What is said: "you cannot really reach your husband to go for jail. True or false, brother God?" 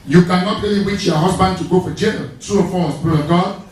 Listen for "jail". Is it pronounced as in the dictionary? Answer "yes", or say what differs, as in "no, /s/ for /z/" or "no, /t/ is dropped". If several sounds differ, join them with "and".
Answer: no, /n/ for /l/